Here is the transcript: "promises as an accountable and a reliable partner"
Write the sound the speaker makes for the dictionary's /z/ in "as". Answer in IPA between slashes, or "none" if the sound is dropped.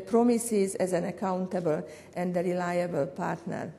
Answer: /z/